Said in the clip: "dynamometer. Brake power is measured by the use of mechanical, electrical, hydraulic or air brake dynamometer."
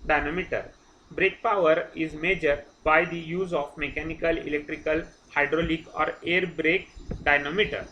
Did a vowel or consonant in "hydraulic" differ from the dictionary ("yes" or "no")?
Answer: no